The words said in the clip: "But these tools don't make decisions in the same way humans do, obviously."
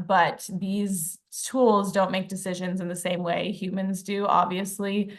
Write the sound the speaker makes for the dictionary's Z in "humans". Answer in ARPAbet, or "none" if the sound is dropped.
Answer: Z